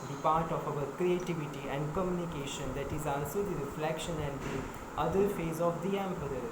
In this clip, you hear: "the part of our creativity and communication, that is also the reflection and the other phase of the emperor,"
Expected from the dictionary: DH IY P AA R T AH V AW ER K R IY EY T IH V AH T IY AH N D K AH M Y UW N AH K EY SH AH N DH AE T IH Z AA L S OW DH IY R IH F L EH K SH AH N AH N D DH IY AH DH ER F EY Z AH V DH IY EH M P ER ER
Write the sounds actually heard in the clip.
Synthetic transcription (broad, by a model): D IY P AA R T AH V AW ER K R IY EY T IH V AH T IY AH N D K AH M Y UW N AH K EY SH AH N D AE T IH Z AA L S OW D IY R IH F L EH K SH AH N AH N D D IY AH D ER F EY Z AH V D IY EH M P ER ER